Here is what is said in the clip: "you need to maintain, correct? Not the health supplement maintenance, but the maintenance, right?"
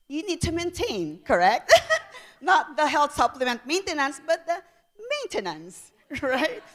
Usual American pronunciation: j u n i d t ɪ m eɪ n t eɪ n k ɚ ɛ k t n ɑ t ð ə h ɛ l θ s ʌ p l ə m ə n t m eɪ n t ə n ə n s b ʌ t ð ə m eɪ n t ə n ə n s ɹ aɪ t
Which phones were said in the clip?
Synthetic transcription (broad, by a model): j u n i d t ɪ m eɪ n t eɪ n k ɚ ɛ k t n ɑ t ð ə h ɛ l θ s ʌ p l ə m ə n t m eɪ n t ə n ə n s b ʌ t ð ə m eɪ n t ə n ə n s ɹ aɪ t